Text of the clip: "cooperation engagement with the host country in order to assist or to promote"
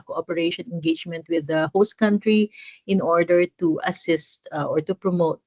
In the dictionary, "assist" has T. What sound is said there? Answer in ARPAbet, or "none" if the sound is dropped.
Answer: T